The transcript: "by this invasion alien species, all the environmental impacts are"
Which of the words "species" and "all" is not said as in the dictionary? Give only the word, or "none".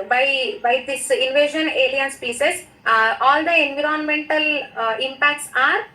species